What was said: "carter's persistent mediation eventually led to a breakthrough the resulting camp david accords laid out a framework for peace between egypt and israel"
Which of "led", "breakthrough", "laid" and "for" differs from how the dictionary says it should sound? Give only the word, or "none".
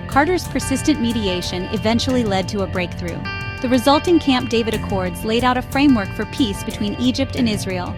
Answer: none